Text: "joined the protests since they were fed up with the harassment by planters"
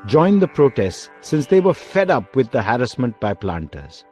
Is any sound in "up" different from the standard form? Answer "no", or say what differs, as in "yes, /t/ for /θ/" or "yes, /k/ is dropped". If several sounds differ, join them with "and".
no